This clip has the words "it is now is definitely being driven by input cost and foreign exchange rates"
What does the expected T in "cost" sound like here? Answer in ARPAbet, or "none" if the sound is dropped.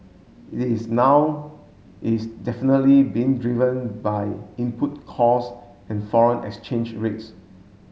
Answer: none